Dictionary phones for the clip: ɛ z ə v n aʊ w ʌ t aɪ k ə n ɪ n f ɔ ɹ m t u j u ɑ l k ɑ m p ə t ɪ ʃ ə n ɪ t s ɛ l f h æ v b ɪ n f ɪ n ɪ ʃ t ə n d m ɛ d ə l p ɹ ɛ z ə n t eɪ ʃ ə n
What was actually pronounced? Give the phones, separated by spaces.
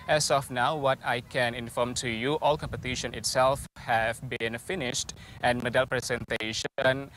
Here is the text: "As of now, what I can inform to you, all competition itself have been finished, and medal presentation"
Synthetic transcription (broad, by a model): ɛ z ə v n aʊ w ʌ t aɪ k ə n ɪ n f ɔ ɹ m t u j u ɑ l k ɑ m p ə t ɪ ʃ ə n ɪ t s ɛ l f h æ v b ɪ n f ɪ n ɪ ʃ t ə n m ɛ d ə l p ɹ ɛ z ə n t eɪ ʃ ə n